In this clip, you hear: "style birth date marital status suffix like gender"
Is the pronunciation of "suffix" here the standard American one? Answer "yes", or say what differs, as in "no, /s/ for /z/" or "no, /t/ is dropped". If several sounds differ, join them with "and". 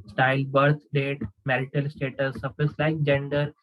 no, /k/ is dropped